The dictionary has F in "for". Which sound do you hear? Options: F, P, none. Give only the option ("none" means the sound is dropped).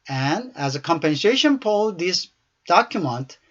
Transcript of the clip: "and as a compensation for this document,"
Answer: P